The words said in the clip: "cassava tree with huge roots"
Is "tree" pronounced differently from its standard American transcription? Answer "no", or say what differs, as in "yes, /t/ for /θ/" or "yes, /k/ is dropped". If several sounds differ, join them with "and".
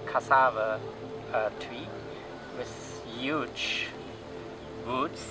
yes, /w/ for /ɹ/